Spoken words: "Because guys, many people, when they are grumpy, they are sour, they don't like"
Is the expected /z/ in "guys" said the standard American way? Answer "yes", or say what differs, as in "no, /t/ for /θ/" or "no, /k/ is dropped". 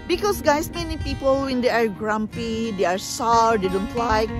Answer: no, /s/ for /z/